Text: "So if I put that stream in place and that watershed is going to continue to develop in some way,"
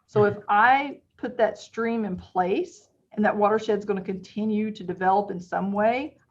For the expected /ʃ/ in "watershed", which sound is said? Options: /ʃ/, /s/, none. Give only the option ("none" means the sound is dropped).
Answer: /ʃ/